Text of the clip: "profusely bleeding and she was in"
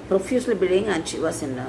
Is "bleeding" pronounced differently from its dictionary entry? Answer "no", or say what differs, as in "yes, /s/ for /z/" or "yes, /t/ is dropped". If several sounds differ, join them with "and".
yes, /l/ is dropped